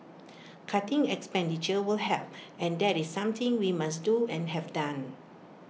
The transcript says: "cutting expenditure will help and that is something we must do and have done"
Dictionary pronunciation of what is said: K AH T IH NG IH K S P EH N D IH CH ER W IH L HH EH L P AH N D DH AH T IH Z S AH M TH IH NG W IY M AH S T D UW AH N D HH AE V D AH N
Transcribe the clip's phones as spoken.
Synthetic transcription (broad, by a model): K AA T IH NG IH K S P EH N D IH CH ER W IH L HH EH P AH N D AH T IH S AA M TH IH NG W IY M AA S D UW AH N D HH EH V D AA N